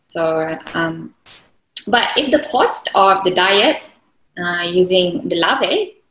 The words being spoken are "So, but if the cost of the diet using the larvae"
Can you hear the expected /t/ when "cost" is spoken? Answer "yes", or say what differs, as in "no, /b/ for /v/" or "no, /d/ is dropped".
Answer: yes